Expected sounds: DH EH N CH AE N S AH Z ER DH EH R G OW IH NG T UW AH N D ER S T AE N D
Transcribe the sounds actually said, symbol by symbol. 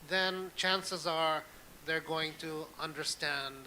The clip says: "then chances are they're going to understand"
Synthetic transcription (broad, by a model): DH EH N CH AE N S AH Z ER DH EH R G OW IH NG T UW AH N D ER S T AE N D